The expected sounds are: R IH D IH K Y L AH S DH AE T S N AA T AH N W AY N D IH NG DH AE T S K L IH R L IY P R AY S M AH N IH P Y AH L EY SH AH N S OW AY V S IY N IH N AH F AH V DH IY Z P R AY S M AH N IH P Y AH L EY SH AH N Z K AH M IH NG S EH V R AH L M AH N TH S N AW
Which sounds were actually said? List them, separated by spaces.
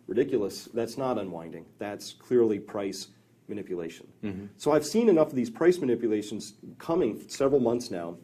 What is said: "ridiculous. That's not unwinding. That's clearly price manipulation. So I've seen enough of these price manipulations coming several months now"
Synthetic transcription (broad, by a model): R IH D IH K Y L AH S DH AE T S N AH T AH N W AY N D IH NG DH AE T S K L IH R L IY P R AY S M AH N IH P Y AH L EY SH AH N S OW AY V S IY N IH N AH F AH V DH IY Z P R AY S M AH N IH P Y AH L EY SH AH N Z K AH M IH NG S EH V R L M AH N TH S N AW